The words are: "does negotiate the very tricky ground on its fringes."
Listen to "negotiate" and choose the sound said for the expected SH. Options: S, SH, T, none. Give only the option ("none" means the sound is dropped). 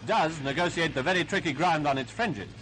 S